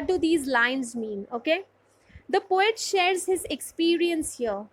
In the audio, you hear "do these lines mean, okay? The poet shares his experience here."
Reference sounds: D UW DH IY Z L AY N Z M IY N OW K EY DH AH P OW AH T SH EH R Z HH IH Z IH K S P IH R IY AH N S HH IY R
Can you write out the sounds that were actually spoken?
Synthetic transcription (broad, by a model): D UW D IY Z L AY N Z M IY N OW K EY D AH P OW AH T SH EH R Z HH IH Z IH K S P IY R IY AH N S HH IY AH